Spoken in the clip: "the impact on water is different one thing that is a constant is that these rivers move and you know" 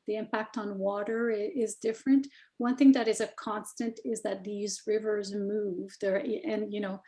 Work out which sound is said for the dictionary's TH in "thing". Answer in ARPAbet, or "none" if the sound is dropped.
TH